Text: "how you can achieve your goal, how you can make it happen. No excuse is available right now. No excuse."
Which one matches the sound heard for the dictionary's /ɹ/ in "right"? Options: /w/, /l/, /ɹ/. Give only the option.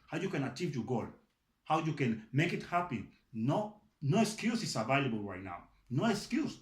/ɹ/